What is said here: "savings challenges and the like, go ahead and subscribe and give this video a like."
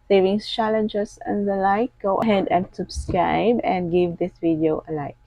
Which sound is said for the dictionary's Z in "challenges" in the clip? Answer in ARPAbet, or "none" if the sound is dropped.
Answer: S